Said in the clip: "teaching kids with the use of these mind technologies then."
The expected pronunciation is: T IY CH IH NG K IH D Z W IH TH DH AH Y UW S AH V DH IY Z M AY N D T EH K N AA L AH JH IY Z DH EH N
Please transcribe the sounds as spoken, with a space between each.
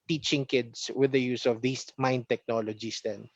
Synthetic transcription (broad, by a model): T IY CH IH NG K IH D S W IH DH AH Y UW S AH V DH IY S M AY N D T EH K N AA L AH JH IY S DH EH N